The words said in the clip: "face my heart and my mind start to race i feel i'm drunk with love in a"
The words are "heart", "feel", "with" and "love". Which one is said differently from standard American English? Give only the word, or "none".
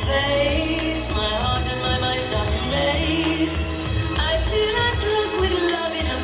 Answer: feel